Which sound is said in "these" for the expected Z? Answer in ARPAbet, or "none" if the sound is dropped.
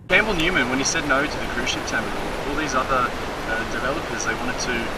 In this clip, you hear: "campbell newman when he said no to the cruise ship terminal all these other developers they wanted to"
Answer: Z